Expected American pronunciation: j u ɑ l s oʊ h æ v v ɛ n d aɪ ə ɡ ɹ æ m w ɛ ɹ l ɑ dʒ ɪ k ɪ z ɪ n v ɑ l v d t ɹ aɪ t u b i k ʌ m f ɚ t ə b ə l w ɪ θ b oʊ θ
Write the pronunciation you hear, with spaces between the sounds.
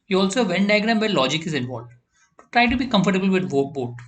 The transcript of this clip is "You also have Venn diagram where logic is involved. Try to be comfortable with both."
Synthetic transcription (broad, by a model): j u ɑ l s oʊ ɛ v v ɛ n d aɪ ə ɡ ɹ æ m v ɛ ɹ l ɑ dʒ ɪ k ɪ z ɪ n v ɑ l v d t ɹ aɪ t u b i k ʌ m f ɚ t ə b ə l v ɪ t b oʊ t